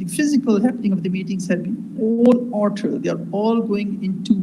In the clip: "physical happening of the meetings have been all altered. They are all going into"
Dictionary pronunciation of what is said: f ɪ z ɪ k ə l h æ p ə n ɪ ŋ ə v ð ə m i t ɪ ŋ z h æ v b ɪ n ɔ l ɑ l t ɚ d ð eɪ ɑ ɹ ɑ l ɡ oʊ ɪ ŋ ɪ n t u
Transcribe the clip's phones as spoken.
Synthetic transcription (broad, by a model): f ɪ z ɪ k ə l h æ p ə n ɪ ŋ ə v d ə m i t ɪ ŋ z h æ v b ɪ n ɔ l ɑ t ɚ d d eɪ ɑ ɹ ɑ l ɡ oʊ ɪ ŋ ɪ n t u